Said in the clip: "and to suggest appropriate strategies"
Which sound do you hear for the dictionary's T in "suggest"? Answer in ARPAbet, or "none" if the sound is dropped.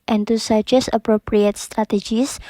none